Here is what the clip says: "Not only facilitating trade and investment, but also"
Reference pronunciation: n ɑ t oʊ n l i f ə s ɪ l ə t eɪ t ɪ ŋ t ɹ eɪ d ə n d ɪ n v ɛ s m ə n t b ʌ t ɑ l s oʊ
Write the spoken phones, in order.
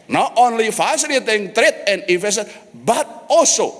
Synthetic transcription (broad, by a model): n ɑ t oʊ n l i f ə s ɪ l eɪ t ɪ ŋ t ɹ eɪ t ə n d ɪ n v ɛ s ə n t b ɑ t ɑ l s oʊ